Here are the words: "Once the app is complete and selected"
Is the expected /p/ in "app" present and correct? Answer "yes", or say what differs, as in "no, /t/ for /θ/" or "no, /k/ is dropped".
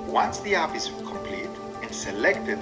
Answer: no, /f/ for /p/